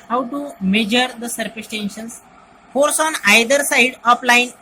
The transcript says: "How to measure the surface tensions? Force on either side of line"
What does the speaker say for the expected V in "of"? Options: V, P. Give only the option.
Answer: P